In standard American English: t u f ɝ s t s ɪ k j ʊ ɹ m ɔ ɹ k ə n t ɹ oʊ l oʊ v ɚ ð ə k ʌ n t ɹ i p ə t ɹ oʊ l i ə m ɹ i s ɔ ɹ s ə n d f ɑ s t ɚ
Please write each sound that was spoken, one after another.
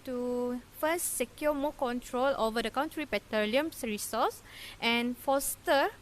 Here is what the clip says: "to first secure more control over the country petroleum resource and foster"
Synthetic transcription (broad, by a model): t u f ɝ s t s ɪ k j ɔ m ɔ k ə n t ɹ oʊ l oʊ v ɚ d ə k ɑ n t ɹ i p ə t oʊ l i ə m ɹ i s ɔ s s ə n f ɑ s t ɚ